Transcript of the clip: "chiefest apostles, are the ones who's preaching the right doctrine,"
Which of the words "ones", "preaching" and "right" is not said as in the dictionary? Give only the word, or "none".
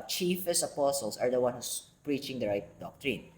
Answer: ones